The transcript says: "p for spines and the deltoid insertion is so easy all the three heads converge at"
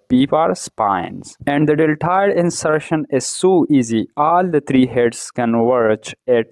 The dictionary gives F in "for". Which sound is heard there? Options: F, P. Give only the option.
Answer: P